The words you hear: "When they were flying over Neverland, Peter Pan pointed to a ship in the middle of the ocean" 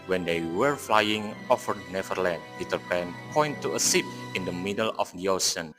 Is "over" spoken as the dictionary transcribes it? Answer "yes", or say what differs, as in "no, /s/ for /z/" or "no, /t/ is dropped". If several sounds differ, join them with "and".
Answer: no, /f/ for /v/